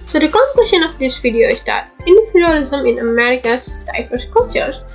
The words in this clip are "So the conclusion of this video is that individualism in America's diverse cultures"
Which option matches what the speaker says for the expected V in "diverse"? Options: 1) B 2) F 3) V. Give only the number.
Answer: 2